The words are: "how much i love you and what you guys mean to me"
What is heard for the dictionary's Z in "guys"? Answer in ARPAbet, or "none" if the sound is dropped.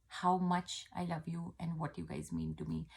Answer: Z